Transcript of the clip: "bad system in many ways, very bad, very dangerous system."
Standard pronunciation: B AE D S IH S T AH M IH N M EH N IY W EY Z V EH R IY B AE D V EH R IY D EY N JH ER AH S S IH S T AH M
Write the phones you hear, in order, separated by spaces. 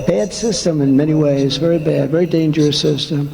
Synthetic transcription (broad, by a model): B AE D S IH S T AH M IH N M EH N IY W EY Z V EH R IY B AE D V EH R IY D EY N JH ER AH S S IH S T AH M